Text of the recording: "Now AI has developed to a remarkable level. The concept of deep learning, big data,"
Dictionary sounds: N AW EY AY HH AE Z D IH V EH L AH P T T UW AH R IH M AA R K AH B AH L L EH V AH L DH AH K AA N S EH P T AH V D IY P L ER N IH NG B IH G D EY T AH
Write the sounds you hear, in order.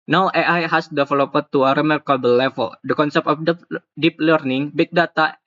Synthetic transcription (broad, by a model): N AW EY AY HH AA S D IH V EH L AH P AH T UW AH R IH M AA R K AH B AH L L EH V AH L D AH K AA N S EH P T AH F D IY P L ER N IH NG B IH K D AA T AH